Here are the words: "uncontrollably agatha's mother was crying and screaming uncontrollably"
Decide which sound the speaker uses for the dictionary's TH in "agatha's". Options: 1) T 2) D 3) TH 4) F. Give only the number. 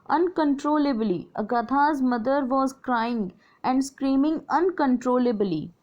1